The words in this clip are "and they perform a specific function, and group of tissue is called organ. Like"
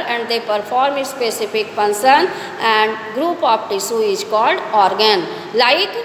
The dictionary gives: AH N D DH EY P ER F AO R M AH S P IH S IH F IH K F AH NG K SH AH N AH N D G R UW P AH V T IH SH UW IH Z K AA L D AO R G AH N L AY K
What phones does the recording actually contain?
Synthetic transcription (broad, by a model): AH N D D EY P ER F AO R M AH S P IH S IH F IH K P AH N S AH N AH N D G R UW P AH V T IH S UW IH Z K AA L D AO R G AH N L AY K